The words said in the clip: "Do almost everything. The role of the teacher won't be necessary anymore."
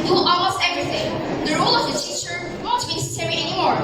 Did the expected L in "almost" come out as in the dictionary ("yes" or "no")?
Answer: no